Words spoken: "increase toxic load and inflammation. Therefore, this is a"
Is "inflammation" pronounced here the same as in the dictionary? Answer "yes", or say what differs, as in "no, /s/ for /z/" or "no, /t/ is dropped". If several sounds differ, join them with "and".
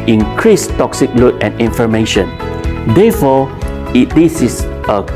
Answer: no, /l/ is dropped